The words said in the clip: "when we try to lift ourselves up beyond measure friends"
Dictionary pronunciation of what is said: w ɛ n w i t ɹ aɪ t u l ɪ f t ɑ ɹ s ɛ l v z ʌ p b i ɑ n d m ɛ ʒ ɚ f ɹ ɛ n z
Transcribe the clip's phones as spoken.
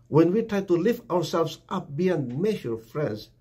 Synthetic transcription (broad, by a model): w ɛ n w i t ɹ aɪ t u l ɪ f t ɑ ɹ s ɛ l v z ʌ p b i ɑ n d m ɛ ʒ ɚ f ɹ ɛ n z